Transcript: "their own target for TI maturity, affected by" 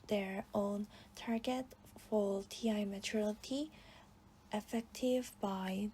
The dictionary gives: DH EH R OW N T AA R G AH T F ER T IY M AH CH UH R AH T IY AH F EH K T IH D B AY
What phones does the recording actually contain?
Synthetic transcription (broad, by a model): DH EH R OW N T AA R G AH T F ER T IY M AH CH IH L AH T IY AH F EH K T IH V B AY